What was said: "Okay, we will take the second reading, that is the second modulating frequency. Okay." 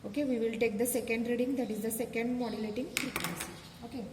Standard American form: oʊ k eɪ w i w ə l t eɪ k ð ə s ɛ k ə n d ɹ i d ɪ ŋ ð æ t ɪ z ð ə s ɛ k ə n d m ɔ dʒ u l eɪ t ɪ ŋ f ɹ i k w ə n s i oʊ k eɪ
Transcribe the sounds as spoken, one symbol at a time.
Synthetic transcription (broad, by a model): oʊ k eɪ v i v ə l t eɪ k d ə s ɛ k ə n d ɹ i d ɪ ŋ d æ t ɪ z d ə s ɛ k ə n d m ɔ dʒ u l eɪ t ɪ ŋ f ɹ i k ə s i oʊ k eɪ